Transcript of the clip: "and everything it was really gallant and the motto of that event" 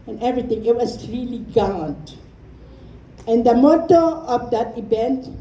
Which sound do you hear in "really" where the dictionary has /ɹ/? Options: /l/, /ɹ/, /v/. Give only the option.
/ɹ/